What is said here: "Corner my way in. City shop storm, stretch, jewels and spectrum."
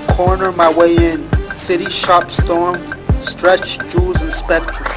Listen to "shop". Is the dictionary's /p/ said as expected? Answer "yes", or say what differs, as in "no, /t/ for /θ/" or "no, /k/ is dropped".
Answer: yes